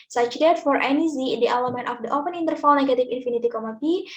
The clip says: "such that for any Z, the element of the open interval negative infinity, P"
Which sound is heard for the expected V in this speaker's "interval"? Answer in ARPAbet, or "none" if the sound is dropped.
F